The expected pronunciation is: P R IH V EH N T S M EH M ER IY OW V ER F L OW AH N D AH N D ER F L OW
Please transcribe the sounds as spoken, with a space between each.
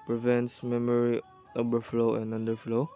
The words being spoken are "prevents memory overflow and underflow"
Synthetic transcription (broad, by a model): P R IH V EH N T S M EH M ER IY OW B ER F L OW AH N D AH N D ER F L OW